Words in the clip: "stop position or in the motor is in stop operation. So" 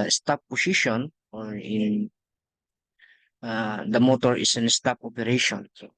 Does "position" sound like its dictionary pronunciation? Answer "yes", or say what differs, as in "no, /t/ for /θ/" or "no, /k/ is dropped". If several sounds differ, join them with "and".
no, /s/ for /z/